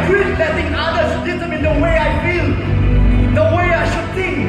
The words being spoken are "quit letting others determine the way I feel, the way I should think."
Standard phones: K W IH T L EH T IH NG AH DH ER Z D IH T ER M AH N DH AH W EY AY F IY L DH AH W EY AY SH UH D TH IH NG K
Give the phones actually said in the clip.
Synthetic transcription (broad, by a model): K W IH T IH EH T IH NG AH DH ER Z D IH S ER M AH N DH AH W EY AY F IY L DH AH W EY AY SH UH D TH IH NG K